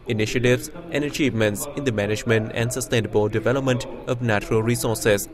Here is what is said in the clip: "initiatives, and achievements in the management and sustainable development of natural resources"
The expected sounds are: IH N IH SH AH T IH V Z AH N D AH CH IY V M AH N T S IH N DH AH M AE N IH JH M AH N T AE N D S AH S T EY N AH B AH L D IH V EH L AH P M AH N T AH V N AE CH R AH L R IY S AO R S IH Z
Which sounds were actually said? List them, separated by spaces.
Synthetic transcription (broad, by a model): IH N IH SH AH T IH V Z AH N D AH CH IY V M AH N T S IH N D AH M AE N IH JH M AH N T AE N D S AH S T EY N AH B AH L D IH V EH L AH P M AH N T AH V N AE CH R AH L R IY S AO R S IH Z